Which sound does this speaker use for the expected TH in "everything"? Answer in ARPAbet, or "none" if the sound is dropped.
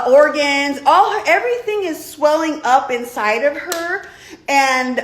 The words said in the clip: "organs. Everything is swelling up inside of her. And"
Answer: TH